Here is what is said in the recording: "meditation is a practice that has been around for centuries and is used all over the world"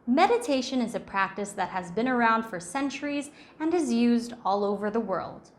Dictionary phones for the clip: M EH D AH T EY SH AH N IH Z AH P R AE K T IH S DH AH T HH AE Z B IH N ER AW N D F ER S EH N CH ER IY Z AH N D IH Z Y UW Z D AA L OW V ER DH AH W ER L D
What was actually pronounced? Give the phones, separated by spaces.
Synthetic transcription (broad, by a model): M EH D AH T EY SH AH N IH Z AH P R AE K T IH S DH AH T HH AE Z B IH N ER AW N D F ER S EH N CH ER IY Z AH N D IH Z Y UW Z D AA L OW V ER DH AH W ER L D